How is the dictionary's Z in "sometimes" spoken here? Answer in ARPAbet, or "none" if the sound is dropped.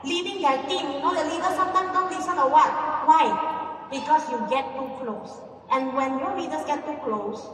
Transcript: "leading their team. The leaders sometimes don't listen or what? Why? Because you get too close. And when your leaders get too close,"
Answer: none